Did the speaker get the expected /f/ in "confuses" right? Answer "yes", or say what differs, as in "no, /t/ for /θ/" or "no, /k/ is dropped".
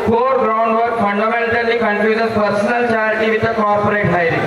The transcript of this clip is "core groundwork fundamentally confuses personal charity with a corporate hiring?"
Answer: no, /p/ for /f/